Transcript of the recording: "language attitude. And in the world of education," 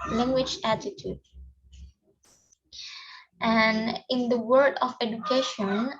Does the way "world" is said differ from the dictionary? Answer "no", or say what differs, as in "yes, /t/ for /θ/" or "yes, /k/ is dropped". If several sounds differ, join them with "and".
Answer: yes, /l/ is dropped